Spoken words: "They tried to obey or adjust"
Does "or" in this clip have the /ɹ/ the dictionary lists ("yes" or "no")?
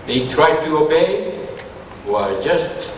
no